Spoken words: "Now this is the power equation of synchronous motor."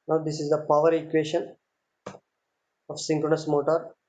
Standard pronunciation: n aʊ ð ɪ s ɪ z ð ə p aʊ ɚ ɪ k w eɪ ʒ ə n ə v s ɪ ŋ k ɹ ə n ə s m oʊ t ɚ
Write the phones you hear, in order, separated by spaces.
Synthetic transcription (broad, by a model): n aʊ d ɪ s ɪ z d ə p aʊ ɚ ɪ k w eɪ ʃ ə n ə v s ɪ ŋ k ɹ ə n ə s m oʊ t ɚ